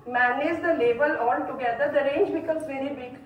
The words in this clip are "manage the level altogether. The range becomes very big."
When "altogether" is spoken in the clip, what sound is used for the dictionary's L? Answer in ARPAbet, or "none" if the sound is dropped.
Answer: N